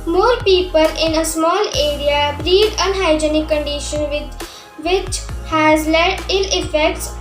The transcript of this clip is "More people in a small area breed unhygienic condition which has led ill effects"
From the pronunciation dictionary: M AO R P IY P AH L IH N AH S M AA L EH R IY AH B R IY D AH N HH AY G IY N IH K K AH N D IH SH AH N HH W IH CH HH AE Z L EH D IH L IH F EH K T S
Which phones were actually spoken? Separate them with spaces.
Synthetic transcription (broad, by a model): M AO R P IY P AH L IH N AH S M AA L EH R IY AH B R IY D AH N HH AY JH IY N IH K K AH N D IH SH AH N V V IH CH HH AE Z L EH IH L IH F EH K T S